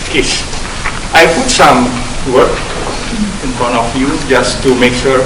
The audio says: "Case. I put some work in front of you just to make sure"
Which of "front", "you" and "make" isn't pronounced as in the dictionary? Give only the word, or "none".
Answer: front